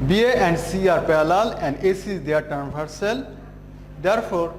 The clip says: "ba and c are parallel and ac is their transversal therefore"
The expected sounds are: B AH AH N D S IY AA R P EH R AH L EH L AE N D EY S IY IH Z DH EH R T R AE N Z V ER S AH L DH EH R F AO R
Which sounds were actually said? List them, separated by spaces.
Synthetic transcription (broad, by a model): B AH AH N D S IY AA R P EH L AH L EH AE N D EY S IY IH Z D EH R T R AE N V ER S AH L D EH R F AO R